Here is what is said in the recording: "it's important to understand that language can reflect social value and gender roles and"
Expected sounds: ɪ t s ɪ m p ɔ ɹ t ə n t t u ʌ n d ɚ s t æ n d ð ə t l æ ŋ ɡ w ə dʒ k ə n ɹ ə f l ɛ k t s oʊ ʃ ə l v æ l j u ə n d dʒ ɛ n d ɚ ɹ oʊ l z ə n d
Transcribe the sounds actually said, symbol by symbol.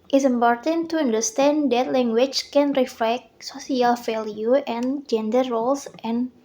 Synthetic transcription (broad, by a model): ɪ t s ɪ m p ɔ ɹ t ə n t t u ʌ n d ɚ s t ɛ n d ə t l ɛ ŋ ɡ w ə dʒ k ə n ɹ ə f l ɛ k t s oʊ s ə l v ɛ l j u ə n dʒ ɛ n d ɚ ɹ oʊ l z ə n